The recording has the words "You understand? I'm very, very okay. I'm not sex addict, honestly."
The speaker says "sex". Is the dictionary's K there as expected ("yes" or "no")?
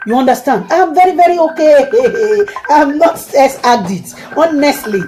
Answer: no